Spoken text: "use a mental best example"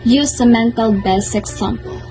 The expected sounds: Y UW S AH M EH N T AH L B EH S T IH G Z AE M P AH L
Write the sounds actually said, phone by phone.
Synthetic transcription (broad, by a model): Y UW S AH M EH N T AH L B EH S IH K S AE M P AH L